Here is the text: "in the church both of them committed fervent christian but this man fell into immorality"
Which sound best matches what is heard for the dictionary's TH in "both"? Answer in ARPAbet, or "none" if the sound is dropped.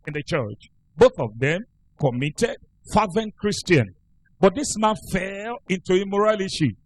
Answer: TH